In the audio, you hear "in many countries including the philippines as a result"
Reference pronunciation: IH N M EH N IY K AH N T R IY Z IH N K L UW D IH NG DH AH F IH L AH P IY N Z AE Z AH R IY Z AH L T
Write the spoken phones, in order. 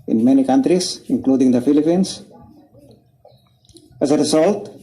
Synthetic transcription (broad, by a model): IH N M EH N IY K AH N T R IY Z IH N K L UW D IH NG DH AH F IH L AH P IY N S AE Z AH R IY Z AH L T